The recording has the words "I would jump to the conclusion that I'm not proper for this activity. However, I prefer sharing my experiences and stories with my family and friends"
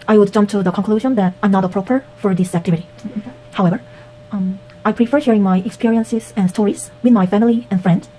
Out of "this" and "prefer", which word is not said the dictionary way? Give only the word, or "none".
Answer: none